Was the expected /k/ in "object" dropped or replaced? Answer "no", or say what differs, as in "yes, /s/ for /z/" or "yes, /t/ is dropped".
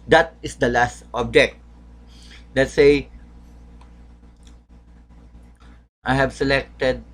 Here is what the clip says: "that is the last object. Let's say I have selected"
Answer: no